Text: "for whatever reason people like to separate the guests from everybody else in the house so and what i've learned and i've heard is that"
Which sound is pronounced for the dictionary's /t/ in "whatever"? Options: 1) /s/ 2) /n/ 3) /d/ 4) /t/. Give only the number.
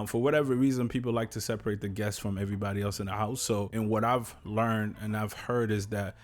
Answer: 4